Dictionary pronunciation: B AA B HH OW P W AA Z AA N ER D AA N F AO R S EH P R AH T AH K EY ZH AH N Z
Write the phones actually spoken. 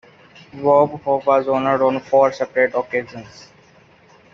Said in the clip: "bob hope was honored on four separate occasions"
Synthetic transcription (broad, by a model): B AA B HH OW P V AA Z AA N ER D AA N F AO R S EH P R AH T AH K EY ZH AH N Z